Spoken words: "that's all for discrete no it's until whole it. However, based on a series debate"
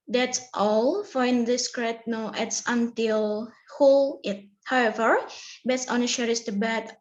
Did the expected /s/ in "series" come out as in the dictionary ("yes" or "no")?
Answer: no